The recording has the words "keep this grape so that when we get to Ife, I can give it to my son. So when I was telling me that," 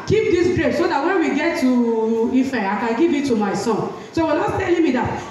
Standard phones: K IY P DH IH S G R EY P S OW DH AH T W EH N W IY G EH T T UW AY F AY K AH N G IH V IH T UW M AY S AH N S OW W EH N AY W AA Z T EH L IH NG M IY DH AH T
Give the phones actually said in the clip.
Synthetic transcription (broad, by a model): K IY P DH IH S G R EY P S OW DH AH T W EH N W IY G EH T T UW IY F AY K AH N G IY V IH T UW M AY S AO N S OW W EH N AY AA S T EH L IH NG M IY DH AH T